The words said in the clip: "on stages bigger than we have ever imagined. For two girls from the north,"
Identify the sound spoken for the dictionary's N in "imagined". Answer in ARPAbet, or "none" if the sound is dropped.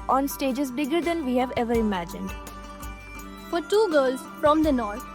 N